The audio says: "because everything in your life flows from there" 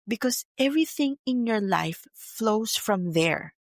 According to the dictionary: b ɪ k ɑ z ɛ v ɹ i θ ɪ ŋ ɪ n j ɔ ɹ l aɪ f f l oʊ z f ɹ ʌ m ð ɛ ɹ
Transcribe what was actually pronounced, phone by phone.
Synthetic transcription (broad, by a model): b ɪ k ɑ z ɛ v ɹ i θ ɪ ŋ ɪ n j ɔ ɹ l aɪ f f l oʊ s f ɹ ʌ m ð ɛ ɹ